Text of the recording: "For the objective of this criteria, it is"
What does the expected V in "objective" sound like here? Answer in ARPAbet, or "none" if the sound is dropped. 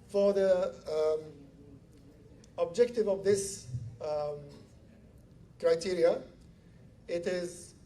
V